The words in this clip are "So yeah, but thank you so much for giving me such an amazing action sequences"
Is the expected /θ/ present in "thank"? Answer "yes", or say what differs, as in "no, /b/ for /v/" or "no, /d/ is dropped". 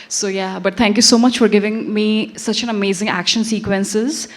no, /t/ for /θ/